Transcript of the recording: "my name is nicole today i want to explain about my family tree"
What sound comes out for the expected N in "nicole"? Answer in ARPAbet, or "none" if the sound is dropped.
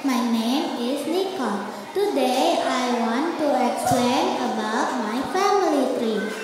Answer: L